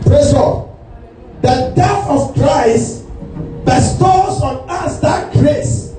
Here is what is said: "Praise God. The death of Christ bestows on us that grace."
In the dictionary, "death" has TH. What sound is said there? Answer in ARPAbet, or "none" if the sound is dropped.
F